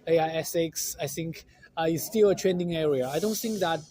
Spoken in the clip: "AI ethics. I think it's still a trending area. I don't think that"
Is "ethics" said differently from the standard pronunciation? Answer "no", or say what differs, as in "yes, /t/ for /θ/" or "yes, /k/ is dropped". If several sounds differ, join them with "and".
yes, /s/ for /θ/